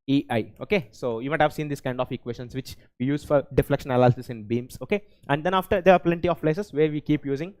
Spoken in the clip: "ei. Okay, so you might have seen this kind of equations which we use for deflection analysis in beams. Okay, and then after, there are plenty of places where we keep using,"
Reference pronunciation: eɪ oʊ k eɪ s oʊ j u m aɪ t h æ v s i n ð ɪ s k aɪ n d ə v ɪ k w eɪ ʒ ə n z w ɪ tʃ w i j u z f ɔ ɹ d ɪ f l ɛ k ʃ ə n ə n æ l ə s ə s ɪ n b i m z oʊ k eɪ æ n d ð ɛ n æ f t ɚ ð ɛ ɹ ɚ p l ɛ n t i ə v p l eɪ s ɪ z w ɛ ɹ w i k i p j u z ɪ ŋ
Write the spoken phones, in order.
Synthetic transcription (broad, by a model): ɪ oʊ k eɪ s oʊ j u m aɪ t h æ v s i n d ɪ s k aɪ n d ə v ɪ k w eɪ ʃ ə n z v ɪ tʃ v i j u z f ɔ ɹ d ɪ f l ɛ k ʃ ə n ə l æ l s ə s ɪ n b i m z oʊ k eɪ æ n d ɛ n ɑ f t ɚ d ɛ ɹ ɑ p l ɛ n t i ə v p l eɪ s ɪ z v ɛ ɹ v i k i p j u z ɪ ŋ